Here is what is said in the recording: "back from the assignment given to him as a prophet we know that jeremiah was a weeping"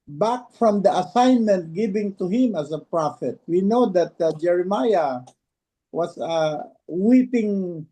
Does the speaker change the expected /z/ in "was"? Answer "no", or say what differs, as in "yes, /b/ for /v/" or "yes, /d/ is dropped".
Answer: yes, /s/ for /z/